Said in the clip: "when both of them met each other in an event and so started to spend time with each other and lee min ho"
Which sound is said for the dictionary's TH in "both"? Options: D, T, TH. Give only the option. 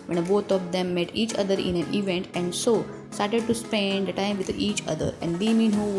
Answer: T